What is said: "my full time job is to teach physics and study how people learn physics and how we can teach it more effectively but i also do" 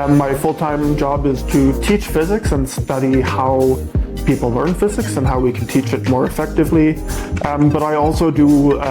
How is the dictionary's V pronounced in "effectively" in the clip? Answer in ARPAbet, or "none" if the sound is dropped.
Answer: V